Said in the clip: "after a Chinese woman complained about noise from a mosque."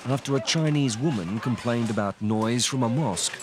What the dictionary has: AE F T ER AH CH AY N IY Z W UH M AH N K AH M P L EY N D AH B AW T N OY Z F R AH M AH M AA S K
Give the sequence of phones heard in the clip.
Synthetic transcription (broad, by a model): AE F T ER AH CH AY N IY Z W UH M AH N K AH M P L EY N D AH B AW T N OY Z F R AH M AH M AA S K